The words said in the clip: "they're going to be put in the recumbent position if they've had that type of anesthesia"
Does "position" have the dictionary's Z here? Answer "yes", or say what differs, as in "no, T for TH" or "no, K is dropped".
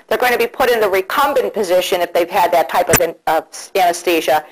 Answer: yes